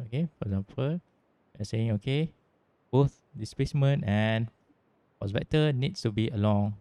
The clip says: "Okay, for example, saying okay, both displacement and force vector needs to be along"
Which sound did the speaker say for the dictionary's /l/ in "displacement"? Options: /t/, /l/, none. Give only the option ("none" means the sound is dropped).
none